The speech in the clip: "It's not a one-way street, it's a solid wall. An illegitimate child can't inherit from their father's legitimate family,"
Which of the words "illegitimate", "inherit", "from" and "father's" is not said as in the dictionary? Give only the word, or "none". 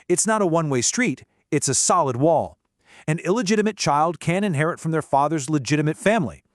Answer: none